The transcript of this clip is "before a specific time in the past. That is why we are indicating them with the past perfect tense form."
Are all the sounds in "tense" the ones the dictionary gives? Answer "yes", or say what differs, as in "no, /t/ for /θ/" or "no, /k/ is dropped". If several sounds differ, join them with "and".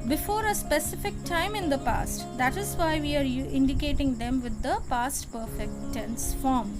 yes